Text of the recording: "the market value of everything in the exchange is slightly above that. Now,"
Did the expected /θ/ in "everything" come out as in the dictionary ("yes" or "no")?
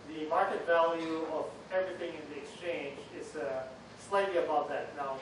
yes